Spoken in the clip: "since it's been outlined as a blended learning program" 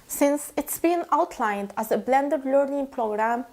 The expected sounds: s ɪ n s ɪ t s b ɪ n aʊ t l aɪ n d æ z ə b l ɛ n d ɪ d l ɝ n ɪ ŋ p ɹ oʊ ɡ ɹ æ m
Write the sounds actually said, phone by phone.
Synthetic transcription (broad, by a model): s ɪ n s ɪ t s b ɪ n aʊ t l aɪ n d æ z ə b l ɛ n d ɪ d l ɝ n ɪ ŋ p ɹ oʊ ɡ ɹ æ m